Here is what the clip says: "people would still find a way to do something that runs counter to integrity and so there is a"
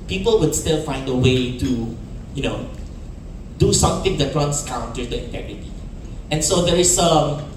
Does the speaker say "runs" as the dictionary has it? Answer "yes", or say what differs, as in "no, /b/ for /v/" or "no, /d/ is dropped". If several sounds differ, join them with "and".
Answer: no, /w/ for /ɹ/ and /s/ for /z/